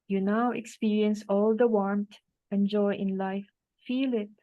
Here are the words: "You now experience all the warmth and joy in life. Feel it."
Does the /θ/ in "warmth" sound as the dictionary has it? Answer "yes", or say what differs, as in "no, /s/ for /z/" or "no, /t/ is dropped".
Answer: no, /t/ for /θ/